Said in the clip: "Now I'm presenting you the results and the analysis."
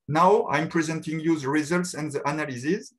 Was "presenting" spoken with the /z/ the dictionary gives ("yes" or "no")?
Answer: yes